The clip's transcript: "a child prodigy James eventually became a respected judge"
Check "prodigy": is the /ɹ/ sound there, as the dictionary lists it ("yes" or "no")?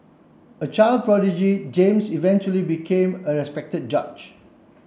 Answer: yes